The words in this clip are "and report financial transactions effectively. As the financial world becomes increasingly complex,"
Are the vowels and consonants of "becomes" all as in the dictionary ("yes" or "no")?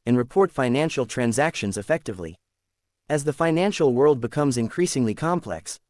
yes